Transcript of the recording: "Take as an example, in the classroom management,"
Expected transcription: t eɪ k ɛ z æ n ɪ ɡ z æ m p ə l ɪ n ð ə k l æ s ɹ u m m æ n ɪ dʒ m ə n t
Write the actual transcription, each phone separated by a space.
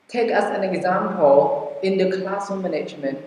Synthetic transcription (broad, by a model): t eɪ k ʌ s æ n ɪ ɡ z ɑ m p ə l ɪ n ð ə k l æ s u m m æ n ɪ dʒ m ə n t